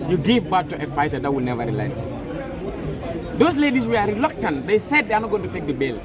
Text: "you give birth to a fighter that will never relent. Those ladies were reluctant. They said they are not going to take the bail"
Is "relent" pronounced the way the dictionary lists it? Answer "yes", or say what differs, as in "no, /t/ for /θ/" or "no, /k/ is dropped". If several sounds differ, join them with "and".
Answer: no, /n/ is dropped